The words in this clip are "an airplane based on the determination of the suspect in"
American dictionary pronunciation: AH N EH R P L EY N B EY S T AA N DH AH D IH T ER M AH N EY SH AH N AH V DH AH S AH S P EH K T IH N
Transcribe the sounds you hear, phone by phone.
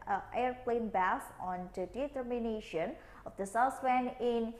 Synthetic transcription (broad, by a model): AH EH R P L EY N B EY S AA N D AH D IH T ER M AH N EY SH AH N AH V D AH S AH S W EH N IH N